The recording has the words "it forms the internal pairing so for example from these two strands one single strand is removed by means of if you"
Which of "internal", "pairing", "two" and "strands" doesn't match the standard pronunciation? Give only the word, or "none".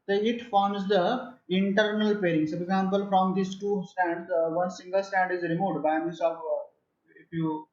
strands